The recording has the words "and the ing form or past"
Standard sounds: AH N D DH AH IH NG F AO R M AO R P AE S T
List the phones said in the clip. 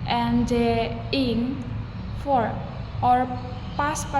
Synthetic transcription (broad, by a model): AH N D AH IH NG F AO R AO R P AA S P